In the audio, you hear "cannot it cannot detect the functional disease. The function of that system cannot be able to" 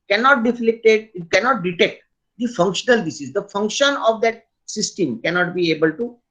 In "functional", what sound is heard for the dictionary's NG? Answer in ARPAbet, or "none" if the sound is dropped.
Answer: NG